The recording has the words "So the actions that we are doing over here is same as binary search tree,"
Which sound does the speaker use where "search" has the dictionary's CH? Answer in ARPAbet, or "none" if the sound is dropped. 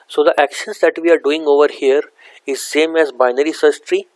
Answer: S